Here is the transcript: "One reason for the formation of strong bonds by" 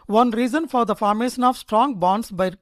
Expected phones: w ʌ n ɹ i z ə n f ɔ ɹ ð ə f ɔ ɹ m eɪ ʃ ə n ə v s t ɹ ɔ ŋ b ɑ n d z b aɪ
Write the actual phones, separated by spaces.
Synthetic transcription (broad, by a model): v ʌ n ɹ i z ə n f ɔ ɹ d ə f ɔ ɹ m eɪ ʃ ə n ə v s t ɹ ɔ ŋ b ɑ n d s b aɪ